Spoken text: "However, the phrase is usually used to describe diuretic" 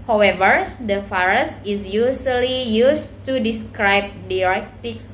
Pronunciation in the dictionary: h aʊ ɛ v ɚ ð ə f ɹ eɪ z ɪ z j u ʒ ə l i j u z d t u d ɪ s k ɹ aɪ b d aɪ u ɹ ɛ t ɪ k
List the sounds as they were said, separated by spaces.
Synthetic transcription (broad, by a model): h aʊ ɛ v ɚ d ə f ɹ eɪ s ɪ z j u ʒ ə l i j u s t u d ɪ s k ɹ aɪ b d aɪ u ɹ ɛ t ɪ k